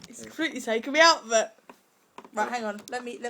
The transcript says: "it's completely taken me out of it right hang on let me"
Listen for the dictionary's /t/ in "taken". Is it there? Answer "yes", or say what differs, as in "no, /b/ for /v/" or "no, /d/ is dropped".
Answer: no, /s/ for /t/